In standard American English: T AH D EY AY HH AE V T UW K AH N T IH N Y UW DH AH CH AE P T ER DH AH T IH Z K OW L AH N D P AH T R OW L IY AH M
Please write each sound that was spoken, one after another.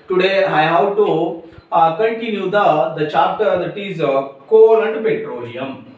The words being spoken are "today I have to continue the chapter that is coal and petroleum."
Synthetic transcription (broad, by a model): T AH D EY AY HH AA W T UW K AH N T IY N Y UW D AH CH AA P T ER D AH T IH Z K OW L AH N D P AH T R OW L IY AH M